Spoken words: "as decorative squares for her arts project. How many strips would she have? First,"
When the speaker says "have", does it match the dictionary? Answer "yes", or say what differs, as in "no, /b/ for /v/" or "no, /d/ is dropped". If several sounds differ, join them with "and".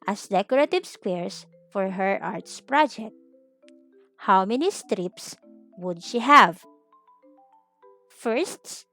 yes